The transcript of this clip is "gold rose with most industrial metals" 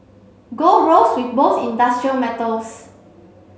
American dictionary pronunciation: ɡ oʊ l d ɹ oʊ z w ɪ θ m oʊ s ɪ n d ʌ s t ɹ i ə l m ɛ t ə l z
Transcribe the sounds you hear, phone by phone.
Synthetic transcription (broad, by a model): ɡ oʊ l ɹ oʊ s w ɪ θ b oʊ θ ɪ n d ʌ s t ɹ i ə l m ɛ t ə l s